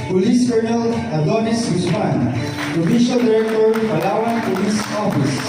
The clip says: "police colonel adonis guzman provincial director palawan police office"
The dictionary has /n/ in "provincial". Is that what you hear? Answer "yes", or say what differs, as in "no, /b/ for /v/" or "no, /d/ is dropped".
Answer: no, /n/ is dropped